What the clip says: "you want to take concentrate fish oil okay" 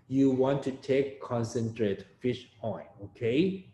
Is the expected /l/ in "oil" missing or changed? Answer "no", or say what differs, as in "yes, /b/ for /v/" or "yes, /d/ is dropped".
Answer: yes, /n/ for /l/